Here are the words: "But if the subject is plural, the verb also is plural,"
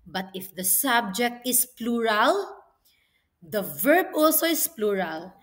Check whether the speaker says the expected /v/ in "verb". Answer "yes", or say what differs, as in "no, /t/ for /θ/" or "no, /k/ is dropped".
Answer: yes